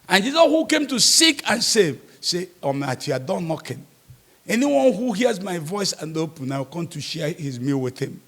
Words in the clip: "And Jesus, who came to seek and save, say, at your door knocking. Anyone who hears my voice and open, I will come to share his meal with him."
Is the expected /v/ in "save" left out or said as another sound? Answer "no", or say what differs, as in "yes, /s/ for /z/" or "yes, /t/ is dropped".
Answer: no